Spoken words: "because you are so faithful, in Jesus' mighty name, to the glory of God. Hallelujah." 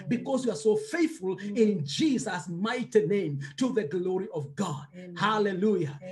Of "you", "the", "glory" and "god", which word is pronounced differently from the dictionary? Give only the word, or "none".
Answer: none